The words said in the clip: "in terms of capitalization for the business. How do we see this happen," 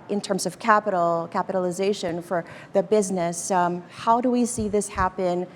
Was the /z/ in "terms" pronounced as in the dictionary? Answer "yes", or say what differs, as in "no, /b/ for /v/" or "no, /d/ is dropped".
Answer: yes